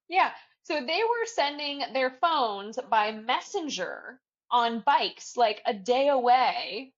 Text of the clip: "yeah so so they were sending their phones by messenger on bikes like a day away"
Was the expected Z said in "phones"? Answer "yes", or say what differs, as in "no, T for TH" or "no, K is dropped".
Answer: yes